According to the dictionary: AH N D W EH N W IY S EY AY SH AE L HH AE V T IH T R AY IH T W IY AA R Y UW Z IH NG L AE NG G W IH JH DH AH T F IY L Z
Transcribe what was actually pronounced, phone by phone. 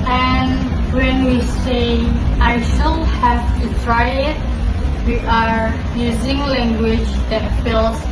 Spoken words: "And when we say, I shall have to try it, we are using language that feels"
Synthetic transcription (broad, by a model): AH N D W EH N W IY S EY AY SH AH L HH AE V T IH T R AY IH T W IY AA R Y UW Z IH NG L AE NG G W IH JH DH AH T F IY L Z